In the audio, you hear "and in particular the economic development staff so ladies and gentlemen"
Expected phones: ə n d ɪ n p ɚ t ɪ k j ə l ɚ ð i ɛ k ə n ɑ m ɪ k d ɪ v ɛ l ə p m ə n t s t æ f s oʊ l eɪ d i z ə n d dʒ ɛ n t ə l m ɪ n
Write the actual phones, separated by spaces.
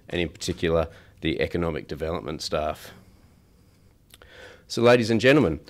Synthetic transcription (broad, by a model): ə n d ɪ n p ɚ t ɪ k j l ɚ ð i ɛ k ə n ɑ m ɪ k d ɪ v ɛ l ə p m ə n t s t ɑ f s oʊ l eɪ d i z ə n dʒ ɛ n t l m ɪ n